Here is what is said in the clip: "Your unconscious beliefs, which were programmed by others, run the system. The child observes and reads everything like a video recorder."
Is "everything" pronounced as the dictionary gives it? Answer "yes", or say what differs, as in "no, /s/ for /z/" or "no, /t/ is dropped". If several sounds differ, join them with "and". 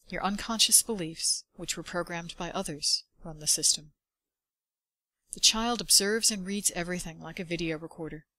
yes